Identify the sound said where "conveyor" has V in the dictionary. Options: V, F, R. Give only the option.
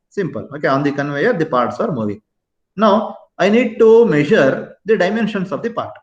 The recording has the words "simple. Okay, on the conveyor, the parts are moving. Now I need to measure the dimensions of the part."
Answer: V